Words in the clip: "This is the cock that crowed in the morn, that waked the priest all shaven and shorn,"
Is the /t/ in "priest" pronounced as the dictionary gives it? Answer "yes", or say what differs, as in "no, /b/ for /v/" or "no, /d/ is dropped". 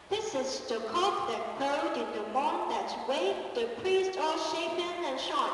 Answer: yes